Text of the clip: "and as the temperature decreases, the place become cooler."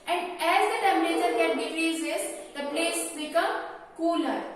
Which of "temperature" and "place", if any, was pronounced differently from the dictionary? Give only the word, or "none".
temperature